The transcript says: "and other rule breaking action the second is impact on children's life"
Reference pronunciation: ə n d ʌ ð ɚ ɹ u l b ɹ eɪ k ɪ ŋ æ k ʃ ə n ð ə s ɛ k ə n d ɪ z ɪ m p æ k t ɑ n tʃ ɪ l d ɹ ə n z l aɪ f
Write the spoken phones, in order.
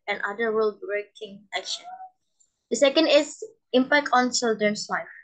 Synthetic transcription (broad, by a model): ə n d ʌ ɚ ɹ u l b ɹ eɪ k ɪ ŋ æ k ʃ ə n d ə s ɛ k ə n d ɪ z ɪ m p æ k t ɑ n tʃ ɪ l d ə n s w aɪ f